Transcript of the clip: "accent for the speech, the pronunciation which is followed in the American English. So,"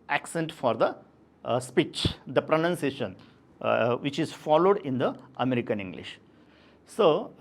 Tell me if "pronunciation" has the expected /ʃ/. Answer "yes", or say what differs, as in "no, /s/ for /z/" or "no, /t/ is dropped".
yes